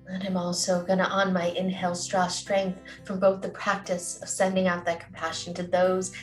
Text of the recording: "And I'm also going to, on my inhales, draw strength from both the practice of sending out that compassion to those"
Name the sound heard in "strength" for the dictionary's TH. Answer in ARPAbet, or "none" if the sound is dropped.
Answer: TH